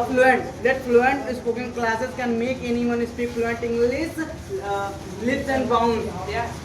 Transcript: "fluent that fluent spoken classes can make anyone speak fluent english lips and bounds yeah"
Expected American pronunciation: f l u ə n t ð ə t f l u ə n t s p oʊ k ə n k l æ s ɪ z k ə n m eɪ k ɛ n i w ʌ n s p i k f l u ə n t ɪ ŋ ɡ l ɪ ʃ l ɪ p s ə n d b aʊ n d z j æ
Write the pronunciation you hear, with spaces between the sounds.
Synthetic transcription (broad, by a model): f l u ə n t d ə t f l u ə n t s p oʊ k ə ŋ k l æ s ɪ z k ə n m eɪ k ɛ n i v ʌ n s p i k f l u ə n t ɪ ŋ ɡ l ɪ s l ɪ s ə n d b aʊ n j